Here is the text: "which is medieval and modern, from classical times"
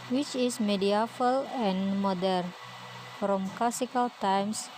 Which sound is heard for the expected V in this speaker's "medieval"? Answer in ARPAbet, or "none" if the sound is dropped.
F